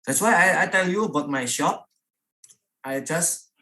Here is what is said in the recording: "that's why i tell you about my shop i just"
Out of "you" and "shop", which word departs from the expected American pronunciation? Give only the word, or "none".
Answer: none